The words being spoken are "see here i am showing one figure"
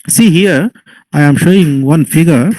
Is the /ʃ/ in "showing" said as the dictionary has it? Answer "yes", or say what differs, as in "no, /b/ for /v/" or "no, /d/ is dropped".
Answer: yes